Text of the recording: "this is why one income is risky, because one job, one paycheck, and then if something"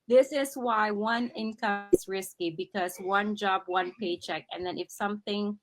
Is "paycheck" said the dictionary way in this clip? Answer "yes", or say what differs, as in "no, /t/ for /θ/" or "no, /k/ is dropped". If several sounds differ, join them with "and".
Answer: yes